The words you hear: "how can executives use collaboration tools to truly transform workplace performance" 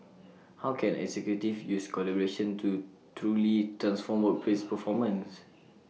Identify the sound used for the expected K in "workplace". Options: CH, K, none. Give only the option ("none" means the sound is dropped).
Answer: none